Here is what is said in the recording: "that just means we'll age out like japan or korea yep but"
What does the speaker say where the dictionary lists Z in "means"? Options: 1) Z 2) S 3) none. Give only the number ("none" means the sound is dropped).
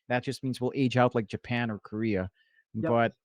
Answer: 1